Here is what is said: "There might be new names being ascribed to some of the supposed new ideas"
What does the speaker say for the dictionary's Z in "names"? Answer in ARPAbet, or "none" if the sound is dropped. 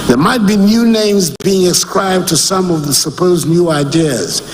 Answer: Z